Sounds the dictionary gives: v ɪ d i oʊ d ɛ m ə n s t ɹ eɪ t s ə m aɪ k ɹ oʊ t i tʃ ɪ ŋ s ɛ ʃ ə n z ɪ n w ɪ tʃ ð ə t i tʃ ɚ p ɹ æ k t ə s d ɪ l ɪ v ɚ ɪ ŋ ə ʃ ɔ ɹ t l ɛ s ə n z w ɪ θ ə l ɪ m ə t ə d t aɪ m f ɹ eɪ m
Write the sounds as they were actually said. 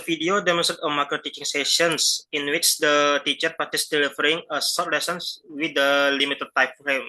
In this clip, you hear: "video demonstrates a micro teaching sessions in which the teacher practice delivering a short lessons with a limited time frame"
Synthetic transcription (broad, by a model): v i d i oʊ d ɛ m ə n s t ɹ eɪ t ə m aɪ k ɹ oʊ t i tʃ ɪ ŋ s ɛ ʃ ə n s ɪ n w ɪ tʃ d ə t i tʃ ɚ p ɑ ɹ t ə s d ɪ l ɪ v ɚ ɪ ŋ ə s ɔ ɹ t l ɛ s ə n s w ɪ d ə l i m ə t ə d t aɪ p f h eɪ m